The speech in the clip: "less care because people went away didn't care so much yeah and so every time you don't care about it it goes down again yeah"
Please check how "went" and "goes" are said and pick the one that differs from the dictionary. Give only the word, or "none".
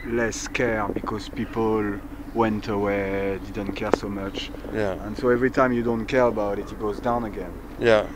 none